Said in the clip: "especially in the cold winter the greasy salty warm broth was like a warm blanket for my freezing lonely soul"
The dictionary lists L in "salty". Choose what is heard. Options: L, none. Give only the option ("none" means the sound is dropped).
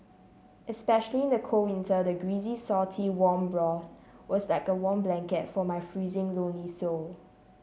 none